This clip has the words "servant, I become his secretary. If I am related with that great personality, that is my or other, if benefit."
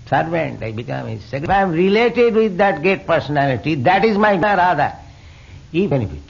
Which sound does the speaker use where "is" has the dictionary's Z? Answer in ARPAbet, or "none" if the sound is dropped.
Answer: Z